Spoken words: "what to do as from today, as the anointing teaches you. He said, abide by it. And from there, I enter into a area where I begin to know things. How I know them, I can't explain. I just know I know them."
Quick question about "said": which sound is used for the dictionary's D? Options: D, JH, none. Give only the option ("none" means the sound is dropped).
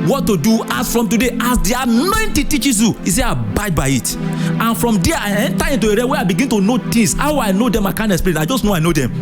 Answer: none